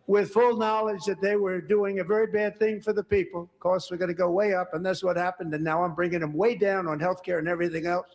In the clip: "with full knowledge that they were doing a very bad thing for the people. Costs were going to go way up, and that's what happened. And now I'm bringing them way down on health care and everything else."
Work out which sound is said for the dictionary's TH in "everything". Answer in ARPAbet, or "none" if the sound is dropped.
TH